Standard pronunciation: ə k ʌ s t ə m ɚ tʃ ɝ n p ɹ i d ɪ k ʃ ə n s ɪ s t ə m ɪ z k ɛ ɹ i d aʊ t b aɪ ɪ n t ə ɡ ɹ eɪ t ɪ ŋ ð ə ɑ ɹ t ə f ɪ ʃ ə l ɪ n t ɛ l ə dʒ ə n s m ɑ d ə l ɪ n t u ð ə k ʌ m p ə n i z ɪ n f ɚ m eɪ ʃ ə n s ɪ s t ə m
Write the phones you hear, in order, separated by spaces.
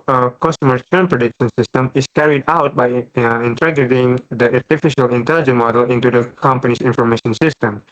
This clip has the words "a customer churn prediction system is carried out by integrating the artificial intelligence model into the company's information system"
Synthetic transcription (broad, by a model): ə k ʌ s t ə m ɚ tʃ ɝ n p ɹ i d ɪ k ʃ ə n s ɪ s t ə m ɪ s k ɛ ɹ i d aʊ t b aɪ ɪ n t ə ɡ eɪ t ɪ ŋ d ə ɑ ɹ t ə f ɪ ʃ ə l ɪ n t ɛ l dʒ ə n m ɑ d ə l ɪ n t u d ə k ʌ m p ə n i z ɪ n f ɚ m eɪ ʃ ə n s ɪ s t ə m